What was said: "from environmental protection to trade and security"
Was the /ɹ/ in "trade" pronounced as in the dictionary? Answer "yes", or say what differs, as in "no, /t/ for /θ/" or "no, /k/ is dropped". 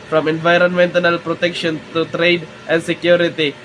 yes